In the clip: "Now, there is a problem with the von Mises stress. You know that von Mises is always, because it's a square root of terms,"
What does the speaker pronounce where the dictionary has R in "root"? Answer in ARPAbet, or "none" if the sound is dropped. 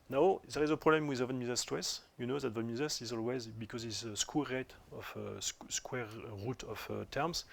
W